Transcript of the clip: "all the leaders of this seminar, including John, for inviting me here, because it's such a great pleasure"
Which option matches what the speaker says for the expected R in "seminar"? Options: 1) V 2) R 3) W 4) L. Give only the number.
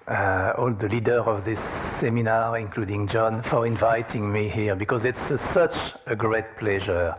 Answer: 2